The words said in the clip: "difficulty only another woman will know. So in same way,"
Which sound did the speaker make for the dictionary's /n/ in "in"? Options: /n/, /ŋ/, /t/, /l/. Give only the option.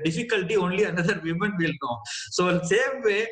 /l/